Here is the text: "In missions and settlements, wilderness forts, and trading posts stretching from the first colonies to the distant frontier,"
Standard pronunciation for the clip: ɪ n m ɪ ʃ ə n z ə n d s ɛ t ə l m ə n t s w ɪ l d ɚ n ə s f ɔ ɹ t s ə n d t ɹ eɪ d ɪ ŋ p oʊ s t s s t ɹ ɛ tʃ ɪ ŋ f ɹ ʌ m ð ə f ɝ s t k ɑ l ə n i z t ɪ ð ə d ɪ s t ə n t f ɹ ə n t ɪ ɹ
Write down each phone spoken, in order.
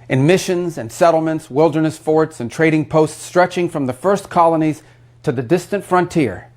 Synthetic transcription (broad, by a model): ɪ n m ɪ ʃ ə n z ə n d s ɛ t l m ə n t s w ɪ l d ɚ n ə s f ɔ ɹ t s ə n t ɹ eɪ d ɪ ŋ p oʊ s t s s t ɹ ɛ tʃ ɪ ŋ f ɹ ʌ m ð ə f ɝ s k ɑ l ə n i z t ɪ ð ə d ɪ s t ə n t f ɹ ə n t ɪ ɹ